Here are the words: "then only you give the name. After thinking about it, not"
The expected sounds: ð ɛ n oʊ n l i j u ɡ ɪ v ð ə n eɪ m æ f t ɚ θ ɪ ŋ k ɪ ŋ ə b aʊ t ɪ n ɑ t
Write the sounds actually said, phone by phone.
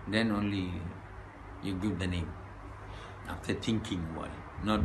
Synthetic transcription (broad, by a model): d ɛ n oʊ n l i j u ɡ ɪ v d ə n eɪ m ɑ f t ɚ t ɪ ŋ k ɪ ŋ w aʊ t n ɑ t